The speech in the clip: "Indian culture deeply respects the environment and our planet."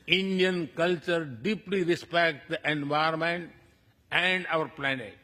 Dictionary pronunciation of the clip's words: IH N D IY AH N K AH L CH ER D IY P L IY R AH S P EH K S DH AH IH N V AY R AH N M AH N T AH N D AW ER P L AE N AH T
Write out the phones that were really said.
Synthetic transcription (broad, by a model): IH N D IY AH N K AH L CH ER D IY P L IY R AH S P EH K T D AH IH N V AY AH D M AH N T AH N D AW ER P L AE N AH T